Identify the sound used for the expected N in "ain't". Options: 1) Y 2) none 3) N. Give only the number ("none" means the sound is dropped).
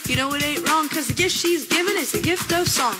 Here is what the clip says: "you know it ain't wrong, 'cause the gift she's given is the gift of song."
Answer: 2